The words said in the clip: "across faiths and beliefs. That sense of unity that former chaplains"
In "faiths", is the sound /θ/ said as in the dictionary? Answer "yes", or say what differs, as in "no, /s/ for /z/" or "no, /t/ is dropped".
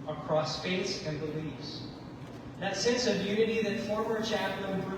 no, /t/ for /θ/